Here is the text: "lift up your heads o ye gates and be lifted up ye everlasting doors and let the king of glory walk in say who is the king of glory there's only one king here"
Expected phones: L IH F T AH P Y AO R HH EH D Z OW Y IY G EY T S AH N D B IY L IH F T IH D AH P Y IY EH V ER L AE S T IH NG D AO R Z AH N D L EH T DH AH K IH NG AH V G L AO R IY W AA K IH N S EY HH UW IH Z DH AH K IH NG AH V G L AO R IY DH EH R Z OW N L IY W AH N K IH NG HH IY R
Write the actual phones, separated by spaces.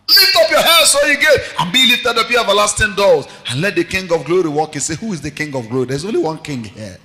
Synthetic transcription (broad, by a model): L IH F T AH P Y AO HH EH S OW Y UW G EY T AH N B IY L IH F T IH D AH P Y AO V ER L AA S T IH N D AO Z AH N L EH T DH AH K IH NG AH V G L AO R IY W AA K IH N S EY HH UW IH Z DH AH K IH NG AH V G L AO R IY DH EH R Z OW N L IY W AH N K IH NG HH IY